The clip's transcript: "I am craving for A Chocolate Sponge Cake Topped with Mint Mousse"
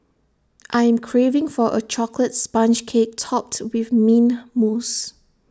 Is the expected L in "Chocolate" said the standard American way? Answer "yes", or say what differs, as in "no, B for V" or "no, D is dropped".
yes